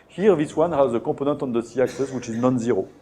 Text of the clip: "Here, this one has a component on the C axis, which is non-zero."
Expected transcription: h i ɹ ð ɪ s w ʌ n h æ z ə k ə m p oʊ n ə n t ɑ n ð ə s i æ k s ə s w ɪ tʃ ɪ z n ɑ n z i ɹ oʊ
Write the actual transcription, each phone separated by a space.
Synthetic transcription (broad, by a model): h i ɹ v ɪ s w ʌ n h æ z ə k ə p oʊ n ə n t ɑ n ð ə s i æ k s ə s w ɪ tʃ ɪ z n ɑ n z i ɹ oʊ